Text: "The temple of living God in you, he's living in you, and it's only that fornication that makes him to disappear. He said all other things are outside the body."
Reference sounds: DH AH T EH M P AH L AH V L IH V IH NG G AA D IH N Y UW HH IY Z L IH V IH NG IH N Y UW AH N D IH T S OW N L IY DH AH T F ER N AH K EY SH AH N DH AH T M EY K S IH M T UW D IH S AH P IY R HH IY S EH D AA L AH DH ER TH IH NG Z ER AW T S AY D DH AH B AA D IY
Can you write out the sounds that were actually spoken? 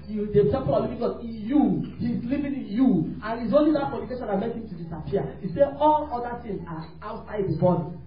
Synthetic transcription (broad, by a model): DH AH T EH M P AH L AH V L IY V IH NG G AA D IH N Y UW HH IY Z L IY V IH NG IH N Y UW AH N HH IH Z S OW N L IY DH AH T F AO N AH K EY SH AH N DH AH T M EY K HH IH M T UW D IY S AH P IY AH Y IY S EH AA L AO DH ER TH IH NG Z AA AW T S AY D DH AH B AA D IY